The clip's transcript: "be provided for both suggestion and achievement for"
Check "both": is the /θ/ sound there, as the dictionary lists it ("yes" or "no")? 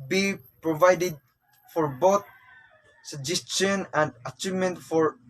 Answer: no